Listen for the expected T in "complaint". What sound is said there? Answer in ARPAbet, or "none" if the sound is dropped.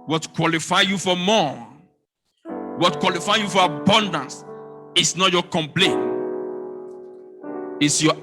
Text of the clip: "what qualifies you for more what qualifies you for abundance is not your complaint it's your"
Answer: none